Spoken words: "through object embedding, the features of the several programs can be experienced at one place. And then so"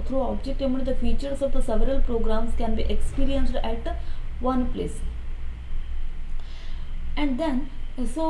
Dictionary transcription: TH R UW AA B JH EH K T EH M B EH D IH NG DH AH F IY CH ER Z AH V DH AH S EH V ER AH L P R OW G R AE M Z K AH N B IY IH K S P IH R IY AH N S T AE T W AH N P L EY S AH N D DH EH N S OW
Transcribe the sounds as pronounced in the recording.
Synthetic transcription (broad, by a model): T R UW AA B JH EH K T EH M UW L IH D AH F IY CH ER S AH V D AH S EH V ER AH L P R OW G R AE M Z K AH N B IY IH K S P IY R IY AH N S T AE T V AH N P L EY S AH N D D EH N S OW